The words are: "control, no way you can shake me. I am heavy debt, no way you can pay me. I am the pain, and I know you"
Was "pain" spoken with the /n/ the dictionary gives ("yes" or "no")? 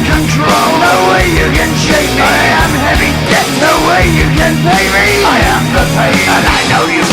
no